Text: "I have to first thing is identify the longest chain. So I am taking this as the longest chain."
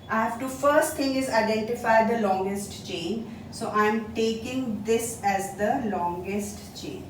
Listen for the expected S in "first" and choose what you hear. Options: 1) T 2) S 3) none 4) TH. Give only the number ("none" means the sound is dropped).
2